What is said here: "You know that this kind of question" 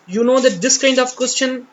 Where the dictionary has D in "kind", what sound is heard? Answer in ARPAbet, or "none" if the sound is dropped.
D